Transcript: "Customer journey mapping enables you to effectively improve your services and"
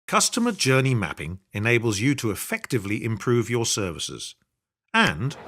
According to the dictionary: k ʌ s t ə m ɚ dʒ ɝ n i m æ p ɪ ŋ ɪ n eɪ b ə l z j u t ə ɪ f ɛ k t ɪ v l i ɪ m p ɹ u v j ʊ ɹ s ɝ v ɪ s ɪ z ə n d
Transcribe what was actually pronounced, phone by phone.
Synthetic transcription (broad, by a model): k ʌ s t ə m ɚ dʒ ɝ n i m æ p ɪ ŋ ɪ n eɪ b ə l z j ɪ t ə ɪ f ɛ k t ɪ v l i ɪ m p ɹ u v j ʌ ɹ s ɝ v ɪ s ɪ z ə n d